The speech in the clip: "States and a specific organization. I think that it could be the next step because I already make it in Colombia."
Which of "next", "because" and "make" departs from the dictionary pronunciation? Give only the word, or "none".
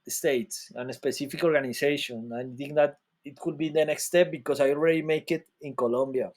because